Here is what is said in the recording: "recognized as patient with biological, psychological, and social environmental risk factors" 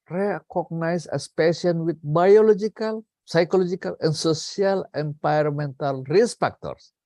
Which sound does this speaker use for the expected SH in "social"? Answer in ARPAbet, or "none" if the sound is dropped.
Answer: S